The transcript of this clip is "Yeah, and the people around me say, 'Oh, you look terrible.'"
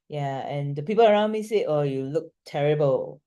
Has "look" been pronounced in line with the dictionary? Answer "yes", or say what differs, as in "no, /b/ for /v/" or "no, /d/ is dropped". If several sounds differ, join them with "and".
yes